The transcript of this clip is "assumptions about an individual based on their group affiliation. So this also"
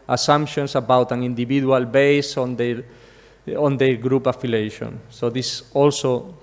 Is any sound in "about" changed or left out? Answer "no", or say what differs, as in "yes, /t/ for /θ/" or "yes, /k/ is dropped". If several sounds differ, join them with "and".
no